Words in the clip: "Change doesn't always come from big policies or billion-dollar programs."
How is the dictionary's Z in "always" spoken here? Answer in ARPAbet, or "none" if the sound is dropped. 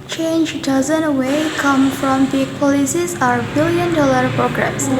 none